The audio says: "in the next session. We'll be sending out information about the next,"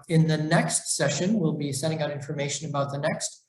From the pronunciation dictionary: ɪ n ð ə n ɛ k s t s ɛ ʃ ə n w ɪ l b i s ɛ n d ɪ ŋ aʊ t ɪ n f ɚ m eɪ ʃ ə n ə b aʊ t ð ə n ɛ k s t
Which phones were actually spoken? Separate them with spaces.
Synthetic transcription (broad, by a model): ɪ n ð ə n ɛ k s t s ɛ ʃ ə n w ɪ l b i s ɛ d ɪ ŋ aʊ t ɪ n f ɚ m eɪ ʃ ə n ə b aʊ t ð ə n ɛ k s t